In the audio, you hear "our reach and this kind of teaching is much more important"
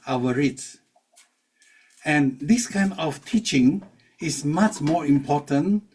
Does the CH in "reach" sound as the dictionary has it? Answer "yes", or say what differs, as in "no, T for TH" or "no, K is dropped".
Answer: no, S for CH